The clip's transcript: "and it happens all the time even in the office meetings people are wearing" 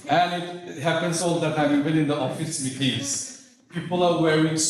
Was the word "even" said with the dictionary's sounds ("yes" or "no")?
no